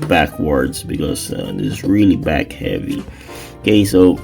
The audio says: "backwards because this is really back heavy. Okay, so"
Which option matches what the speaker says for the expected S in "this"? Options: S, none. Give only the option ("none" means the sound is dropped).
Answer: none